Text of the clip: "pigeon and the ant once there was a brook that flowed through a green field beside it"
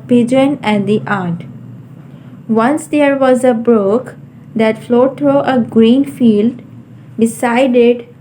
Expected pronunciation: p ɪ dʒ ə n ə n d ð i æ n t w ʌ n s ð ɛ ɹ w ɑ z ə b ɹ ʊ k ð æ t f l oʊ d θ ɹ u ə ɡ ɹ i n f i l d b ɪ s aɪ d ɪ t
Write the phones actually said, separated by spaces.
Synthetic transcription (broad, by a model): p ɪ dʒ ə n ə n d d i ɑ t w ʌ n s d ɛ ɹ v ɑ z ə b ɹ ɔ k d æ t f l oʊ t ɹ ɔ ə ɡ ɹ i n f i l d b ɪ s aɪ d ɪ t